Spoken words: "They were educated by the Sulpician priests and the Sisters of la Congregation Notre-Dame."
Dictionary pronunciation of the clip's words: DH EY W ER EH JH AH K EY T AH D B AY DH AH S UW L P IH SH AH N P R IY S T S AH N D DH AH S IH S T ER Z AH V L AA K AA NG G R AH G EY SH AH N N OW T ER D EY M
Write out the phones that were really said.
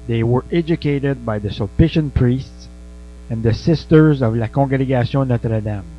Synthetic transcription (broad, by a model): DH EY W ER EH JH AH K EY T AH D B AY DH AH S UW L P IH SH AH N P R IY S T S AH N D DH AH S IH S T ER Z AH V L AA K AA G R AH G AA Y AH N N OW T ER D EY M